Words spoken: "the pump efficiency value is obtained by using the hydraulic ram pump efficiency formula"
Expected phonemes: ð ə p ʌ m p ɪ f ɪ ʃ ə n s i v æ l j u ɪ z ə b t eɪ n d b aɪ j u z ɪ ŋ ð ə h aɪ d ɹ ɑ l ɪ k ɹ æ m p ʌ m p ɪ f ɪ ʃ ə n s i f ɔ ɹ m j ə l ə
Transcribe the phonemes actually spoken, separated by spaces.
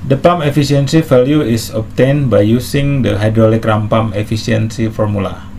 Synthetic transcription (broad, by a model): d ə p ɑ m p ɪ f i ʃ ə n s i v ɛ l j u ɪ s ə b t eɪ n b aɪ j u s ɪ ŋ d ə h aɪ d ɹ ɑ l ɪ k ɹ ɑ m p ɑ m ɪ f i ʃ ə n s i f ɔ ɹ m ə l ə